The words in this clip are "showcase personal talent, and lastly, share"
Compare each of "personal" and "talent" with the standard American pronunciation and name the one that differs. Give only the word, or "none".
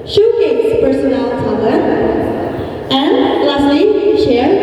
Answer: talent